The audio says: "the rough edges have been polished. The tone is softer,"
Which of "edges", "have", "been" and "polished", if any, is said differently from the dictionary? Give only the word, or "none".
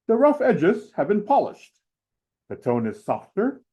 none